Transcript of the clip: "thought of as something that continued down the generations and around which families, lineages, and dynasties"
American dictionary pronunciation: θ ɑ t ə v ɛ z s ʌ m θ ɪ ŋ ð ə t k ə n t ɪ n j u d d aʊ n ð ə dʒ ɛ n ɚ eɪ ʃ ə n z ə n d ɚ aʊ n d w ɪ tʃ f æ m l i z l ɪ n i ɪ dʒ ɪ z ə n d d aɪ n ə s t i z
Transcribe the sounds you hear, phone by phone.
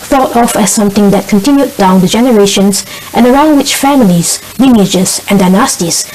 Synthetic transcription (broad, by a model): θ ɑ t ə f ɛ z s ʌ m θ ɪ ŋ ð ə t k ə n t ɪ n j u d d aʊ n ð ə dʒ ɛ n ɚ eɪ ʃ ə n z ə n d ɚ aʊ n d w ɪ tʃ f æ m l i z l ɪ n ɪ dʒ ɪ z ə n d d aɪ n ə s t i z